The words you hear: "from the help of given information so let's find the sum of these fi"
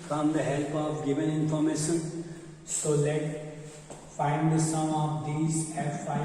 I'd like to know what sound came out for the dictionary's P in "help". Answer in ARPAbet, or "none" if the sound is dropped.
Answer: P